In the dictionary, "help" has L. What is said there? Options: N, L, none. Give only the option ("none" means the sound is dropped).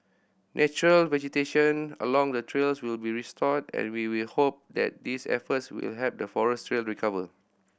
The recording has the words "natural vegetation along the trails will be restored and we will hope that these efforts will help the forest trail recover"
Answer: none